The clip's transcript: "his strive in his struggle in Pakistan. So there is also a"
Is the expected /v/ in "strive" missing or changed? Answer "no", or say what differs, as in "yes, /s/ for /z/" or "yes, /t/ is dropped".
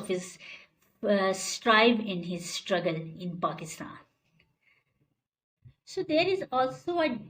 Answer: yes, /b/ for /v/